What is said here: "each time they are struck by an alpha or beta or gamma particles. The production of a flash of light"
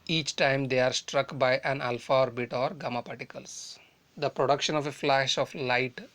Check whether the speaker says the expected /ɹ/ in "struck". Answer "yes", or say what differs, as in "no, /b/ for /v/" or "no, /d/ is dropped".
yes